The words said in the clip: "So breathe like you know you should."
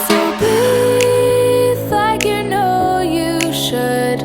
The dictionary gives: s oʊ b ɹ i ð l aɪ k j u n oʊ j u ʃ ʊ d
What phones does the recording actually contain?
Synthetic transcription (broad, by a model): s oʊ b i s l aɪ k j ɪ n oʊ j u ʃ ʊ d